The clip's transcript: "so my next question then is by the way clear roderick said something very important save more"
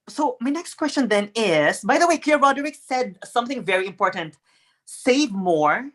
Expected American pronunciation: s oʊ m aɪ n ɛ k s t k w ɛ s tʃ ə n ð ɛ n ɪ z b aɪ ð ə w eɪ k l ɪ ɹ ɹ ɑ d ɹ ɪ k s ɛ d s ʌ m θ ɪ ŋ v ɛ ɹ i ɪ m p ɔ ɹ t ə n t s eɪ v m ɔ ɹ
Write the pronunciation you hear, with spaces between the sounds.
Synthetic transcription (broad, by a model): s oʊ m aɪ n ɛ k s t k w ɛ s tʃ ə n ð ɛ n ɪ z b aɪ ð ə w eɪ k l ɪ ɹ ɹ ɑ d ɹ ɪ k s ɛ d s ʌ m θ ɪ ŋ v ɛ ɹ i ɪ m p ɔ ɹ t ə n t s eɪ v m ɔ ɹ